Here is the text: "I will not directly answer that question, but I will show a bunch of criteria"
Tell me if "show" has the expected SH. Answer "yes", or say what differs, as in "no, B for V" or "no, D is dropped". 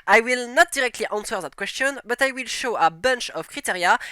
yes